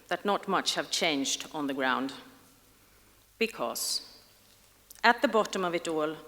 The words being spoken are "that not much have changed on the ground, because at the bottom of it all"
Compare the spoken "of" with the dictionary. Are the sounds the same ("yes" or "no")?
yes